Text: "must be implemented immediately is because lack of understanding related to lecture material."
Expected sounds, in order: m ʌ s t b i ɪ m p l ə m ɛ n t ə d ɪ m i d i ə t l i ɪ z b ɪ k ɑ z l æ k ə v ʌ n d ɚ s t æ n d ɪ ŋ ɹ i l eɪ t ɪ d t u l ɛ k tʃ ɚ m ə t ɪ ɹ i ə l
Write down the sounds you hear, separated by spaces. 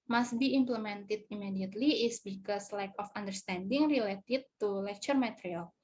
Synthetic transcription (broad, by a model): m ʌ s t b i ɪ m p l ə m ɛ n t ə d ɪ m i d i ə t l i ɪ s b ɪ k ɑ s l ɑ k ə f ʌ n d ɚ s t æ n d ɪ ŋ ɹ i l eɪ t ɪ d t u l ɛ k tʃ ɚ m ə t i ɹ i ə l